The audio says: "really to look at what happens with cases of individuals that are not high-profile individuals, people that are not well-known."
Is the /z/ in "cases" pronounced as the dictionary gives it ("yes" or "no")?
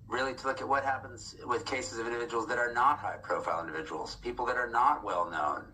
yes